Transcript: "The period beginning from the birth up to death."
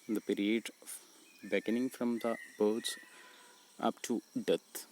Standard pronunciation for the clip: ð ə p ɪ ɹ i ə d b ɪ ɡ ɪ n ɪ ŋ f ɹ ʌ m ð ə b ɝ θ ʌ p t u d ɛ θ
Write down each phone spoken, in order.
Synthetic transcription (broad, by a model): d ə p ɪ ɹ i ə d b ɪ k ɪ n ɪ ŋ f ɹ ʌ m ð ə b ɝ s ʌ p t u d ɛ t